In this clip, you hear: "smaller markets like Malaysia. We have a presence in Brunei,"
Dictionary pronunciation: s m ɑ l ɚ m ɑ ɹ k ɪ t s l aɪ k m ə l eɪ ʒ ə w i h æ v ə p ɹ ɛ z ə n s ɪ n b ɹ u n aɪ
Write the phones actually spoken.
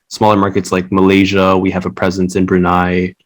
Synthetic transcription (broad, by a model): s m ɑ l ɚ m ɑ ɹ k ɪ t s l aɪ k m ə l eɪ ʒ ə w i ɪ v ə p ɹ ɛ z ə n s ɪ n b ɹ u n aɪ